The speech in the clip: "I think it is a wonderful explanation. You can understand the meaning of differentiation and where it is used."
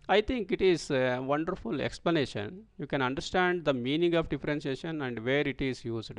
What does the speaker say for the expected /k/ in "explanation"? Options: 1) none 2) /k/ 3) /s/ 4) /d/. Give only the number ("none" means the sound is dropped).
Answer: 2